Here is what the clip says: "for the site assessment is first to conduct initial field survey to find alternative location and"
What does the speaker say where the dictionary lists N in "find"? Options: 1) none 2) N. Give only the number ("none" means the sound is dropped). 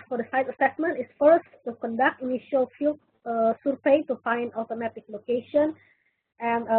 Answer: 2